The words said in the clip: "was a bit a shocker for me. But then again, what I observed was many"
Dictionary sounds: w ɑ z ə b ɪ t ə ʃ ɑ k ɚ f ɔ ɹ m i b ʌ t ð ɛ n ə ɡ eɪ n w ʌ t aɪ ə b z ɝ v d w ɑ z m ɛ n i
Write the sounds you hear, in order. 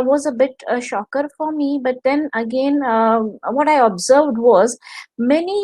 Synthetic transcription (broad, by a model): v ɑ z ə b ɪ t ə ʃ ɑ k ɚ f ɔ ɹ m i b ʌ t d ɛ n ə ɡ eɪ n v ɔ t aɪ ə b z ɝ v d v ɑ z m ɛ n i